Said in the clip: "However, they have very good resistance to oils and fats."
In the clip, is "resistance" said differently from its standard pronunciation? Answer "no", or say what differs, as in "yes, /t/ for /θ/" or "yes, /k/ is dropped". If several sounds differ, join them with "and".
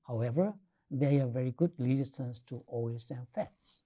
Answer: yes, /l/ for /ɹ/